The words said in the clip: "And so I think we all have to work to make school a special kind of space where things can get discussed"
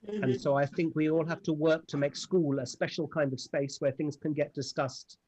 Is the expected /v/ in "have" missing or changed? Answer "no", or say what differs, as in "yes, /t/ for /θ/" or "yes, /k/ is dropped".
yes, /f/ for /v/